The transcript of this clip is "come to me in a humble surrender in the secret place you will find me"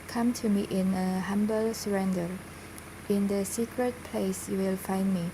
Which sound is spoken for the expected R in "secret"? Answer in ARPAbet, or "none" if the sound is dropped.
R